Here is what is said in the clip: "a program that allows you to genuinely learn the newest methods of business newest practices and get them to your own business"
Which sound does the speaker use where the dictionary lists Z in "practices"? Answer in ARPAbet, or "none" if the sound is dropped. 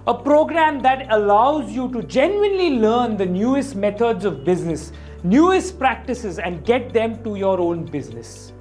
Z